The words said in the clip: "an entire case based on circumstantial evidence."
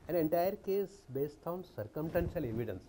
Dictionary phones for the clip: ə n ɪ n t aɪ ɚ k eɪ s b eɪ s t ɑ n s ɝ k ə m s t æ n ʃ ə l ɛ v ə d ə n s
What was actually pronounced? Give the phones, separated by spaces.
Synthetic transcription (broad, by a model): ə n ɪ n t aɪ ɚ k eɪ s b eɪ s t ɑ n s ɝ k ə m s t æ n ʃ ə l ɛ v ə d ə n s